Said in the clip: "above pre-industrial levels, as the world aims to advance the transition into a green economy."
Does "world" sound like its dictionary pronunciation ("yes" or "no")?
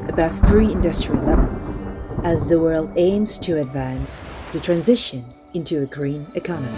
yes